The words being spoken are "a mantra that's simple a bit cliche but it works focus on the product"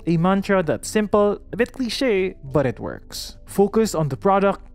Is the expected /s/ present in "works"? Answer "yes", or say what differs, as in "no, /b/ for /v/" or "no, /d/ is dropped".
yes